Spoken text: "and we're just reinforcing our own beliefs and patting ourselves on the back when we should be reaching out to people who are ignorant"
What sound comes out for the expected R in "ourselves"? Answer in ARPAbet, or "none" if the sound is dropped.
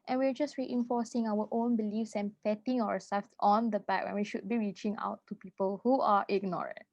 W